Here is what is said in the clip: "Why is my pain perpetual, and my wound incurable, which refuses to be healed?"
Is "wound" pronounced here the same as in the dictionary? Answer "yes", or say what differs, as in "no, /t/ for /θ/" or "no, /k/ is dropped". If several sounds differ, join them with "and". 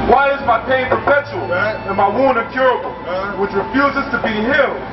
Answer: no, /d/ is dropped